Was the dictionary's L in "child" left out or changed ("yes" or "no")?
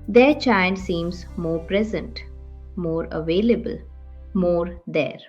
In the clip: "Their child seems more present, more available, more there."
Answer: yes